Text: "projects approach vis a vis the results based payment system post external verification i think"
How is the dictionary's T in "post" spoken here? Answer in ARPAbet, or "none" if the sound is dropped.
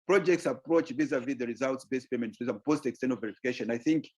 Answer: T